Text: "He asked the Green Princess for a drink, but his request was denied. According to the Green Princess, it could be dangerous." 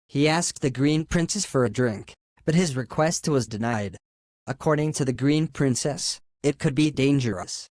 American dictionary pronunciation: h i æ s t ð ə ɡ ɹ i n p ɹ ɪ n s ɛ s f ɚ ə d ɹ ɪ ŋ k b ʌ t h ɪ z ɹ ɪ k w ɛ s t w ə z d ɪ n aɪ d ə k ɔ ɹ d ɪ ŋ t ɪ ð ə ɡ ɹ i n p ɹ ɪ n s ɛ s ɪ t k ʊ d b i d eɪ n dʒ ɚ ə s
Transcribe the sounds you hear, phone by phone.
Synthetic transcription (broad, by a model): h i æ s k ð ə ɡ ɹ i n p ɹ ɪ n s ɛ s f ɚ ə d ɹ ɪ ŋ k b ʌ t h ɪ z ɹ ɪ k w ɛ s t w ə z d ɪ n aɪ d ə k ɔ ɹ d ɪ ŋ t ɪ ð ə ɡ ɹ i n p ɹ ɪ n s ɛ s ɪ t k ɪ d b i d eɪ n dʒ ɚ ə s